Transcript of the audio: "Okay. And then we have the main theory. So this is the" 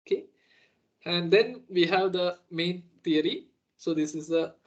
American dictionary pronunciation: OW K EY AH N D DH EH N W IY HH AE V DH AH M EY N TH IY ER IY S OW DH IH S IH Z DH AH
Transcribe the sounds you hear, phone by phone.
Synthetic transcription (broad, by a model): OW K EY AH N D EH N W IY HH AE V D AH M EY N T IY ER IY S OW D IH S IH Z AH